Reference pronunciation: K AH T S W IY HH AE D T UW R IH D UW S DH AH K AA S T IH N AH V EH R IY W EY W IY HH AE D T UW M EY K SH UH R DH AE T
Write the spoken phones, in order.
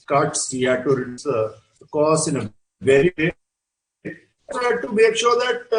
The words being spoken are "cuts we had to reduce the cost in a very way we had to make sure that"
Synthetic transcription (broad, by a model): K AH T S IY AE T UW R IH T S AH K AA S IH N AH V EH R IY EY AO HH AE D T UW M EY K SH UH R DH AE T